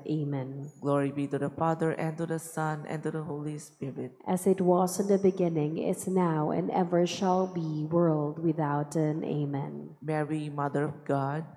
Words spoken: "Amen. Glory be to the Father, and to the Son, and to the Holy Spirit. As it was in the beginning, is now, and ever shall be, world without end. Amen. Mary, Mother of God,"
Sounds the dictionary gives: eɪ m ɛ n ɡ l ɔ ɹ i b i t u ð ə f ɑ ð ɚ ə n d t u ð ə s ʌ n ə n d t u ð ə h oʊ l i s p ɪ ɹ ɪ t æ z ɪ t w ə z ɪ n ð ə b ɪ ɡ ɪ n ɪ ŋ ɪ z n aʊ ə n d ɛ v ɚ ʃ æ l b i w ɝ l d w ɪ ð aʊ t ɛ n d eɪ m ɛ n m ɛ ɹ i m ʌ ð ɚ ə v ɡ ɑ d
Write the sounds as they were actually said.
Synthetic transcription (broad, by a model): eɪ m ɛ n ɡ l ɔ ɹ i b i t u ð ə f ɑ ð ɚ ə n t u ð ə s ʌ n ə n t u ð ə h oʊ l i s p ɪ ɹ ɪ t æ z ɪ t w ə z ɪ n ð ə b ɪ ɡ ɪ n ɪ ŋ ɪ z n aʊ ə n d ɛ v ɚ ʃ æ l b i w ɝ l d w ɪ ð aʊ t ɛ n eɪ m ɛ n m ɛ ɹ i m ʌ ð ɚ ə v ɡ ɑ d